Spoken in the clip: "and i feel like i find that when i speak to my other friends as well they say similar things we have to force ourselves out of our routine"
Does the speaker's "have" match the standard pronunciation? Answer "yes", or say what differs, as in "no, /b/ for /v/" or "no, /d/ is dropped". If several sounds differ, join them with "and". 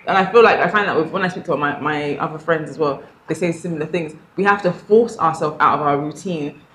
no, /f/ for /v/